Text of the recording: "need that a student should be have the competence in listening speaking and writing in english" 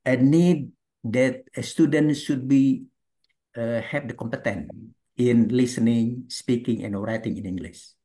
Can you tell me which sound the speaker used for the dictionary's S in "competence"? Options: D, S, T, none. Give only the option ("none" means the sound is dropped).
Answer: none